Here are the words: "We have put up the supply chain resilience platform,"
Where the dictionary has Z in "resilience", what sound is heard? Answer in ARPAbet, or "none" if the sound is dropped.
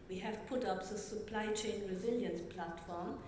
Z